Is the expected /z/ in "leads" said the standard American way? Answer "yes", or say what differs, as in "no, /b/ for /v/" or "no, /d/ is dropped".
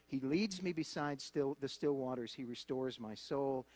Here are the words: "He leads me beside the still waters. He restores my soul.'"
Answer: yes